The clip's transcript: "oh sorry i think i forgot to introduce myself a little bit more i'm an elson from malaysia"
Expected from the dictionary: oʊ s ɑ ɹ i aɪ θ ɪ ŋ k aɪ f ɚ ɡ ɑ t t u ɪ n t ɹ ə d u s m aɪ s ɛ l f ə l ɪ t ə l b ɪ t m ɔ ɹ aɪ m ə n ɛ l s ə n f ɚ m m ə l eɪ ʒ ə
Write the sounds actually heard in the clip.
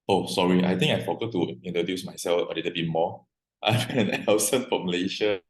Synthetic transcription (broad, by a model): oʊ s ɑ ɹ i aɪ t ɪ ŋ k aɪ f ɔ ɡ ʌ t t u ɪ n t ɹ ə d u s m aɪ s ɛ l f ə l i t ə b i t m ɔ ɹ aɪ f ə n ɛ n s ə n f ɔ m m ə l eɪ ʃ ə